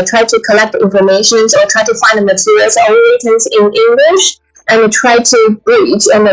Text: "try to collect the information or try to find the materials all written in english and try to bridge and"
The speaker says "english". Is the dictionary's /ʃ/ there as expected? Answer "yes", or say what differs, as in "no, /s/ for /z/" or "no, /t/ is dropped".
yes